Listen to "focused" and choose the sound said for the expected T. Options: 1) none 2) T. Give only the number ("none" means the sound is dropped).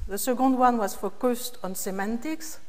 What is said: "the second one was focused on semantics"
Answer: 2